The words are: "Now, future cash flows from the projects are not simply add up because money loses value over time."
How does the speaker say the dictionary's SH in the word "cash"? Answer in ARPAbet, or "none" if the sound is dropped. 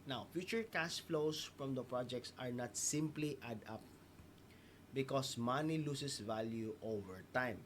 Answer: S